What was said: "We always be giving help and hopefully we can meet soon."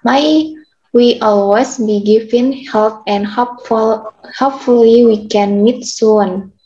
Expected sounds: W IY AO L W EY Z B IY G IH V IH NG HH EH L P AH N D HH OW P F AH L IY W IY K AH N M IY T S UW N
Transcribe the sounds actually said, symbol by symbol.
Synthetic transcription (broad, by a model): W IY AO L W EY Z B IY G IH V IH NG HH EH L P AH N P HH OW P F AH L IY W IY K AH N M IY T S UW N